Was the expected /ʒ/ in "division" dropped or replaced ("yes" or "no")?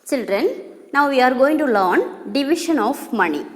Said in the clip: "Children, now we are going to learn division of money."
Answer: yes